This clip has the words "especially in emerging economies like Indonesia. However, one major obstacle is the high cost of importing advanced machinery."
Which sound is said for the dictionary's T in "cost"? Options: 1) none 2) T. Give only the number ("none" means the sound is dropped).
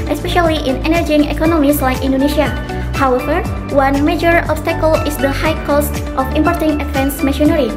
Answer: 2